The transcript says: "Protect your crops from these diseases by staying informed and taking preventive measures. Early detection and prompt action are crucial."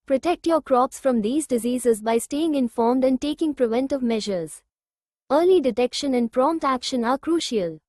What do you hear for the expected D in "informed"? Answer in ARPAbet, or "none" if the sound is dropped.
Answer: D